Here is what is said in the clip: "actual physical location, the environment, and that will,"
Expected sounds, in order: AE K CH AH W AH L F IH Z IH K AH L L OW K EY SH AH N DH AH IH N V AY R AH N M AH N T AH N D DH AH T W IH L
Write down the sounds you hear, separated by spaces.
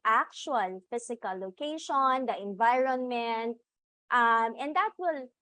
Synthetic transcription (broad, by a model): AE K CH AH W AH L F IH S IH K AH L L OW K EY SH AH N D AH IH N V AY R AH N M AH N T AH N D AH T W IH L